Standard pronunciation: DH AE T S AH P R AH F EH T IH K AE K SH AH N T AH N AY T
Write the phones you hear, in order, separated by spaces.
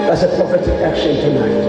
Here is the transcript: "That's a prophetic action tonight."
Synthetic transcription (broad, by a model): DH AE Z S AH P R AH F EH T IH AE K SH AH N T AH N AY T